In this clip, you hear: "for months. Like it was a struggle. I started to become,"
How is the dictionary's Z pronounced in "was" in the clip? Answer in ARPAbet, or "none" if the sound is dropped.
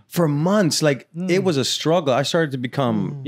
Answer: Z